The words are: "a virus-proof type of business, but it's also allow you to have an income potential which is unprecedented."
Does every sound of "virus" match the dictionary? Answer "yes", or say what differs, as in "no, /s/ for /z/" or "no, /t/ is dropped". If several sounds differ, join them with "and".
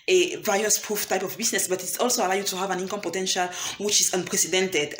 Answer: no, /ɹ/ is dropped